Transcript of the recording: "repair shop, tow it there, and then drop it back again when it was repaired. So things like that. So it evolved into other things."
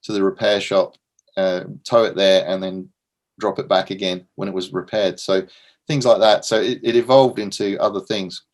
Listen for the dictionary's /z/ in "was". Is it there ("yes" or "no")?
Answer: yes